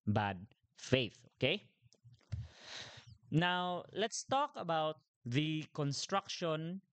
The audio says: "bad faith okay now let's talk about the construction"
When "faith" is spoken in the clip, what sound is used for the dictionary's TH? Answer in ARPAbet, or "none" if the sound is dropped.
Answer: TH